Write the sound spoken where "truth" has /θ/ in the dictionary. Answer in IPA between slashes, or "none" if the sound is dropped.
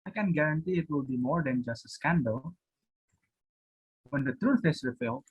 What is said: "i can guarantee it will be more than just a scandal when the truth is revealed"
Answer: /f/